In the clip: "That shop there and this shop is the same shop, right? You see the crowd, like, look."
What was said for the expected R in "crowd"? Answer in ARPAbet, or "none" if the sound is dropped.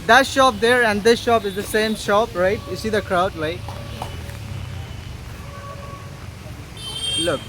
R